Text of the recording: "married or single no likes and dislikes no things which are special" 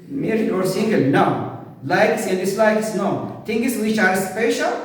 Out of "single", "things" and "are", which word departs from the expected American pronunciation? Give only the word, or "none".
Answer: things